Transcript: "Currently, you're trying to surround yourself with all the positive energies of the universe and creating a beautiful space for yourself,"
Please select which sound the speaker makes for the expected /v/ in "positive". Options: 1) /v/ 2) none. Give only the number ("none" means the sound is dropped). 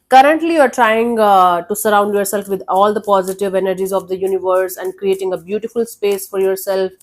1